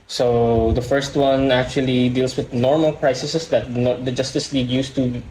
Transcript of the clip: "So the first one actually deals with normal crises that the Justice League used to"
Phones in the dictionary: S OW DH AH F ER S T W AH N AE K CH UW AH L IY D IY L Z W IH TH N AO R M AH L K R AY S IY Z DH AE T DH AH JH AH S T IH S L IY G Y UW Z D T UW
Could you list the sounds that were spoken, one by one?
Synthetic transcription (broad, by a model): S OW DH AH F ER S T W AH N AE K CH UW AH L IY D IY L S W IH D N AO R M AH L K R AY S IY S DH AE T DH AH JH AH S T IH S L IY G Y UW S T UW